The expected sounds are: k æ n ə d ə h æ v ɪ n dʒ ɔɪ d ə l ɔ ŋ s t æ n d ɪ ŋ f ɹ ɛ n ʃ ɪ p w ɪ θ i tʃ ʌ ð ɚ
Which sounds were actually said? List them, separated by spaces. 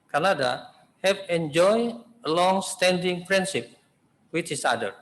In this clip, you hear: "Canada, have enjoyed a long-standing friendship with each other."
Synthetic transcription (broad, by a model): k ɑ n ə d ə h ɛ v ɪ n dʒ ɔɪ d ə l ɔ ŋ s t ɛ n d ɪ ŋ p ɹ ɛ n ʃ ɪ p w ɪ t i s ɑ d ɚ